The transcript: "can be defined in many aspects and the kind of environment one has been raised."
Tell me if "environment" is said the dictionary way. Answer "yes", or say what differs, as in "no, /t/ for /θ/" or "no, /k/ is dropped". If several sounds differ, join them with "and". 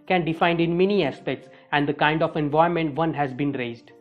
no, /ɹ/ is dropped